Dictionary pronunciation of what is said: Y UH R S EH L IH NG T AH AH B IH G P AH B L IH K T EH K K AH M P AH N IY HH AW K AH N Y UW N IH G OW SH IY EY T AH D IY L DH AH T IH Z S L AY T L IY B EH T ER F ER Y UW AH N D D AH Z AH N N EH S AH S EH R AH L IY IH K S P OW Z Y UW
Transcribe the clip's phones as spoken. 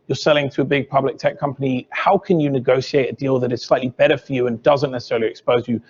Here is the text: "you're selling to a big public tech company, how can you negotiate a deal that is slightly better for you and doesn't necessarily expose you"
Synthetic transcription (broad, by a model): Y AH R S EH L IH NG T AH AH B IH G P AH B L IH K T EH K K AH M P AH N IY HH AW K AH N Y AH N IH G OW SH IY EY T AH D IY L DH AH T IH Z S L AY T L IY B EH T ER F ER Y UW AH N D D AH Z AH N N EH S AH S EH R L IY IH K S P OW Z Y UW